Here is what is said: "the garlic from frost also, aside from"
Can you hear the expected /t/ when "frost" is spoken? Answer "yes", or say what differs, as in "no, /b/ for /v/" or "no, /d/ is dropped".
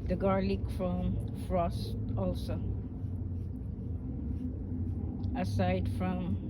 yes